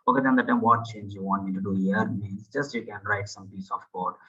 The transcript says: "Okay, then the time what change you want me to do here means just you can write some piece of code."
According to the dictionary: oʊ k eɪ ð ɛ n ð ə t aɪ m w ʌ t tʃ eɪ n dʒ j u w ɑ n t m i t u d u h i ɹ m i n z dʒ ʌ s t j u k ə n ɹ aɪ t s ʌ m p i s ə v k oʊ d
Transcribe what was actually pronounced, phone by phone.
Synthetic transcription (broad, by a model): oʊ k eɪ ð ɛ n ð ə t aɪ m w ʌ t tʃ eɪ n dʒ j u w ɑ n t m i t u d u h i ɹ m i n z dʒ ʌ s t j u k ə n ɹ aɪ t s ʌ m p i s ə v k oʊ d